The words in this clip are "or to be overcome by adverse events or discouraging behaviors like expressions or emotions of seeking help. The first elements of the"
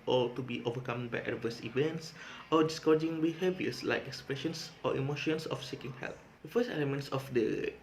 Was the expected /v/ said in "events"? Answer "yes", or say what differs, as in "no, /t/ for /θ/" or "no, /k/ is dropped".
yes